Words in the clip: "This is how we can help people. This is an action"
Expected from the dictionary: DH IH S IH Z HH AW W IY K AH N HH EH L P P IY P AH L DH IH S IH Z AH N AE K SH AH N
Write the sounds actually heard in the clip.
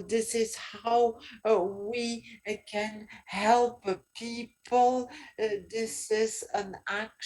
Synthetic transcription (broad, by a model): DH IH S IH Z HH AW W IY K AH N HH EH L P P IY P AH L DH IH S IH Z AH N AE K